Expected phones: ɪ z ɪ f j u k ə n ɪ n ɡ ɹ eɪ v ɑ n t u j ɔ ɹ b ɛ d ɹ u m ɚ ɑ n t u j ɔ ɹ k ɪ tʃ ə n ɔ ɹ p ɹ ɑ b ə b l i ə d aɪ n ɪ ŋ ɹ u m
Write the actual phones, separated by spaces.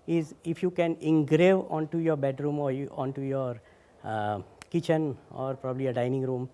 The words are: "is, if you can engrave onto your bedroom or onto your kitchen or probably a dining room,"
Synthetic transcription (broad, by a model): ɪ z ɪ f j u k ə n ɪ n ɡ ɹ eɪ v ɑ n t u j ɔ ɹ b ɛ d ɹ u m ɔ ɑ n t u j ɔ ɹ k ɪ tʃ ə n ɔ ɹ p ɹ ɑ b ə b l i ə d aɪ n ɪ ŋ ɹ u m